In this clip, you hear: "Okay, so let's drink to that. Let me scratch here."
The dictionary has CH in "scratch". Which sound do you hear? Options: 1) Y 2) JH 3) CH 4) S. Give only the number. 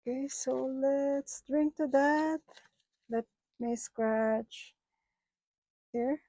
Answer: 3